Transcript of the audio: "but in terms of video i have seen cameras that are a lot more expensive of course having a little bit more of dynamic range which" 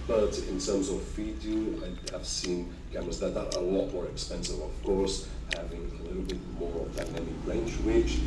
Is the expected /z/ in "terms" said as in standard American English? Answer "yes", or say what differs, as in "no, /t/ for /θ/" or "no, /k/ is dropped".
yes